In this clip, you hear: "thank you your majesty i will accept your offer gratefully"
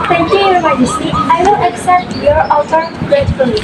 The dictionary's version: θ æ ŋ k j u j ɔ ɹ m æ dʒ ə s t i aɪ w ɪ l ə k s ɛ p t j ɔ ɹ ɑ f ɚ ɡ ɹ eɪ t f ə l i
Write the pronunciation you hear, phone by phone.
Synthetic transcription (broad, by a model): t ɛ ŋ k j u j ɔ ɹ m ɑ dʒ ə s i aɪ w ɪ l ə k s ɛ p t j ɔ ɹ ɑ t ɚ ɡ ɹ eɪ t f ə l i